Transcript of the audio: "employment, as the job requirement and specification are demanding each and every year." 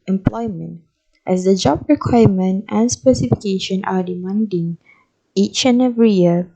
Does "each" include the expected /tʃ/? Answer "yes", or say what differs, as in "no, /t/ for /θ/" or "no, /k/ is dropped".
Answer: yes